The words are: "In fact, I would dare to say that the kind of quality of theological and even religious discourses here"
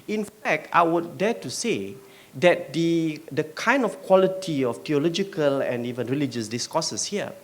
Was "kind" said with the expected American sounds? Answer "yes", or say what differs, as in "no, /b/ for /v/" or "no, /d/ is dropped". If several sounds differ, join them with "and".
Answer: yes